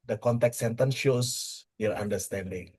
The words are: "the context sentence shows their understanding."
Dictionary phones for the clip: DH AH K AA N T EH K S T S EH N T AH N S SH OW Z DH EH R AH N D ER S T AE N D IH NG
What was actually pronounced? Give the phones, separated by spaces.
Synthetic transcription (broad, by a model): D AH K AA N T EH K T S EH N T AH N S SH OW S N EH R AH N D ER S T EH N D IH NG